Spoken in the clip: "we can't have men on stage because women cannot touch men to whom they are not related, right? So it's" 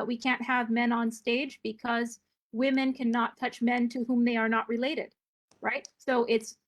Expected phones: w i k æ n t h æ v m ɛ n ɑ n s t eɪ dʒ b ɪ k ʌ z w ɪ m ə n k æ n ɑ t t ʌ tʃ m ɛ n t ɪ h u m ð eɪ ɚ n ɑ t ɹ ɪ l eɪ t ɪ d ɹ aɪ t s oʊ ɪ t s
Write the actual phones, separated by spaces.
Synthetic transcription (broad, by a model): w i k æ n t h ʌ v m ɛ n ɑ n s t eɪ dʒ b ɪ k ʌ z w ɪ m ə n k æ n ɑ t t ʌ tʃ m ɛ n t ɪ h u m ð eɪ ɚ n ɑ t ɹ ɪ l eɪ t ɪ d ɹ aɪ t s oʊ ɪ t s